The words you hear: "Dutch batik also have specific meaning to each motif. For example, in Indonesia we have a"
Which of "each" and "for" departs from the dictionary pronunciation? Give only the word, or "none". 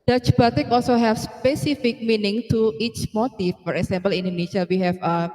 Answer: none